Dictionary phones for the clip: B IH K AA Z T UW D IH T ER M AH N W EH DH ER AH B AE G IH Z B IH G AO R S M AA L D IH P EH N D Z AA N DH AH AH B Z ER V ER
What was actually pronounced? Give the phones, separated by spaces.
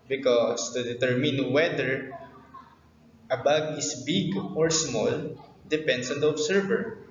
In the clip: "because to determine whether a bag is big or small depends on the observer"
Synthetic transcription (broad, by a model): B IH K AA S T UW D IH T ER M AH N W EH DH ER AH B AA G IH S B IH G AO R S M AA L D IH P EH N D S AA N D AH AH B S ER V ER